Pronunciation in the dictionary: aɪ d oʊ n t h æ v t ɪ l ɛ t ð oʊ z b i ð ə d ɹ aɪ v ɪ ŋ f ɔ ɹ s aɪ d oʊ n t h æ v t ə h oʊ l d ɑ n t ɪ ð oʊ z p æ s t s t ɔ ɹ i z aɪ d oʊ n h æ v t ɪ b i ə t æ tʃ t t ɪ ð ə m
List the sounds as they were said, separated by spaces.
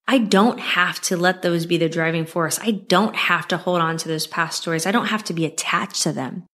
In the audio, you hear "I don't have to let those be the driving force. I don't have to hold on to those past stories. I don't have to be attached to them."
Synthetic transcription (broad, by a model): aɪ d oʊ n t h æ f t ɪ l ɛ t ð oʊ z b i ð ə d ɹ aɪ v ɪ ŋ f ɔ ɹ s aɪ d oʊ n t h æ f t ə h oʊ l d n t ɪ ð oʊ z p æ s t s t ɔ ɹ i z aɪ d oʊ n h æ f t ɪ b i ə t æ tʃ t t ɪ ð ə m